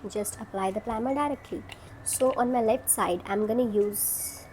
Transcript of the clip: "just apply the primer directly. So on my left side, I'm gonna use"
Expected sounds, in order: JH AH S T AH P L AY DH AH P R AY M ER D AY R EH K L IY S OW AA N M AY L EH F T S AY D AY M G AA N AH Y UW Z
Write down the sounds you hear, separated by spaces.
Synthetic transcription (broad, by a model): JH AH S T AH P L AY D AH P L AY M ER D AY R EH K L IY S OW AA N M AY L EH F T S AY D AY M G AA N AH Y UW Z